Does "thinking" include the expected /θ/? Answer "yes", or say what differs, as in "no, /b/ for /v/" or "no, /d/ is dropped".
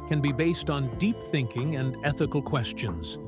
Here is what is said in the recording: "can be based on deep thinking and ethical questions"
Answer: yes